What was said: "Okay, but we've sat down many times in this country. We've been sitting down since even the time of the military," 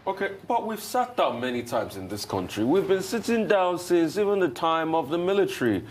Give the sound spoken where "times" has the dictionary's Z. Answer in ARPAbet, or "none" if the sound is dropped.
Z